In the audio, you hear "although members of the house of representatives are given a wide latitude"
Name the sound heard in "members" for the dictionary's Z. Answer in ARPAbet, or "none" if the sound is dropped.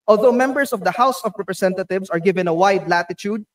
S